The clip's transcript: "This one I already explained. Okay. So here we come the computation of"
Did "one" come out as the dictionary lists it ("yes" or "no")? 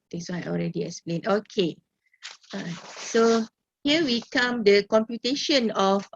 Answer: no